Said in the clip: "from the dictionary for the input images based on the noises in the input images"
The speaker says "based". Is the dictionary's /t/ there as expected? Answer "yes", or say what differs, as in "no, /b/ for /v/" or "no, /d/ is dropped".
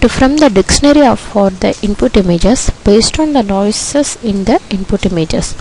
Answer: yes